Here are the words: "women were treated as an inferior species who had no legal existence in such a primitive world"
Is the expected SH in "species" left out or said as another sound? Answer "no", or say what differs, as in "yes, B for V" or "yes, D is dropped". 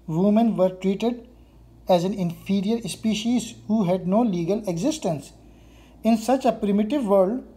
no